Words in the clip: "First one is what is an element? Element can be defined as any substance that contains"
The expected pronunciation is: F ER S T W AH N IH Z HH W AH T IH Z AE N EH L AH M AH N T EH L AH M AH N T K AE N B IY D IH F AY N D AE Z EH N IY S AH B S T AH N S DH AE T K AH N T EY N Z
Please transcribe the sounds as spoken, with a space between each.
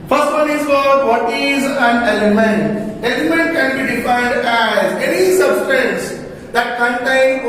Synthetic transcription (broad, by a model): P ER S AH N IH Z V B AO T IH Z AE N EH L AH M AH N T EH L AH M AH N T K AE N B IY D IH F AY D AE Z EH N IY S AH B S T AH N S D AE T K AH N T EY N